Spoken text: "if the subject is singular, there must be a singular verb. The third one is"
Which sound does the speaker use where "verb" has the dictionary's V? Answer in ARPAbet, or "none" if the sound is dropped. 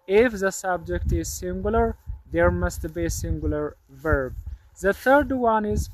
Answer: V